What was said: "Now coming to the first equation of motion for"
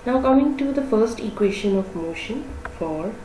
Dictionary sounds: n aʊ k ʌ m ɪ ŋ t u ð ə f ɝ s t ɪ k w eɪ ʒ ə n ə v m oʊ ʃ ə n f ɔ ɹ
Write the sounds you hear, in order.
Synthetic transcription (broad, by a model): n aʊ k ʌ m ɪ ŋ t u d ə f ɝ s t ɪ k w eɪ ʃ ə n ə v m oʊ ʃ ə n f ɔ ɹ